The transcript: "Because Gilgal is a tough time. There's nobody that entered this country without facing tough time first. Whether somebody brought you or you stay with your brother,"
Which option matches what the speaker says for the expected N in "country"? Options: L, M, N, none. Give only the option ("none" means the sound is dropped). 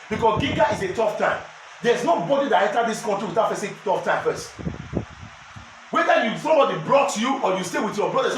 none